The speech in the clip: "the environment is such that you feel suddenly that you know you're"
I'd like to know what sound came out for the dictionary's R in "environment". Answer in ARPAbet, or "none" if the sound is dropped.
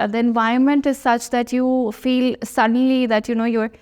none